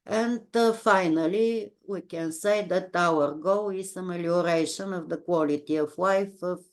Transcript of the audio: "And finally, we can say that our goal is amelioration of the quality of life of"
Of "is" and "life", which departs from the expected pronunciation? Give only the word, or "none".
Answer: is